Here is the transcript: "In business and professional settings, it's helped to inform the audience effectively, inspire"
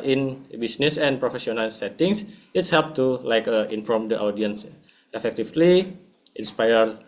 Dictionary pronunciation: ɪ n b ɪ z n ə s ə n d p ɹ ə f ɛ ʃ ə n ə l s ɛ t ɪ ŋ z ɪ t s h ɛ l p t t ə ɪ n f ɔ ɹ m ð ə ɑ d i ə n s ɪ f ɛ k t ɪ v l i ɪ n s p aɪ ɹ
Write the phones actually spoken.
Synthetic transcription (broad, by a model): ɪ n b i s n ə s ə n p ɹ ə f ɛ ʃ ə n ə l s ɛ t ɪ ŋ s ɪ t s h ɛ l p t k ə ɪ n f ɔ ɹ m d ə ɑ d i ə n s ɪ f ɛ k t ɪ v l i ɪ n s p aɪ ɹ